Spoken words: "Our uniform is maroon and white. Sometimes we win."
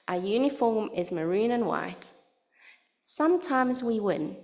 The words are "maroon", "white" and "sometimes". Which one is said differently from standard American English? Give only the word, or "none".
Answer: none